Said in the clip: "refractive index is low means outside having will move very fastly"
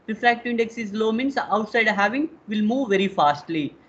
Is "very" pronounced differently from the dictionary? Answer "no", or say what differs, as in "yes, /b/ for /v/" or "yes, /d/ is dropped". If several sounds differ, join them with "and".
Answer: no